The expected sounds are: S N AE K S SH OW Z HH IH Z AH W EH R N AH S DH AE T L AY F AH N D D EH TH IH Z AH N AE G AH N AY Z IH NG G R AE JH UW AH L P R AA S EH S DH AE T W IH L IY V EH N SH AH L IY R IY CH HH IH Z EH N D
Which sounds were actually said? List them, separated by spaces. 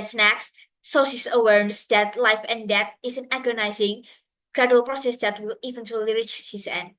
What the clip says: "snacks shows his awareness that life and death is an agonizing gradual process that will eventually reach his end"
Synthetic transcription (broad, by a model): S N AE K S S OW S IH S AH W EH R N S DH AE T L AY F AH N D D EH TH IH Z AH N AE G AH N AY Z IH NG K R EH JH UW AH L P R AA S EH S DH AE T W IH L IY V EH N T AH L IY R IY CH HH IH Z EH N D